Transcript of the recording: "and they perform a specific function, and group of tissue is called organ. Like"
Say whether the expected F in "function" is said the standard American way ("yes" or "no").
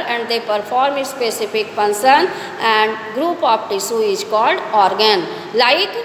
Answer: no